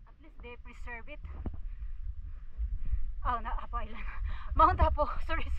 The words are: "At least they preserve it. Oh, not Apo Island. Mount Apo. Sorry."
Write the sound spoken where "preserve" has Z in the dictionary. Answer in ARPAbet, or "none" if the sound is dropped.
S